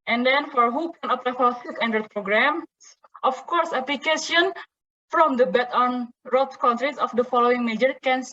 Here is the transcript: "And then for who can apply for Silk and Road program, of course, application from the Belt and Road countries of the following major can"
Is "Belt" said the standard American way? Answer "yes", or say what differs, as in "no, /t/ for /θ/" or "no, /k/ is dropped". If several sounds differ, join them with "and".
no, /l/ is dropped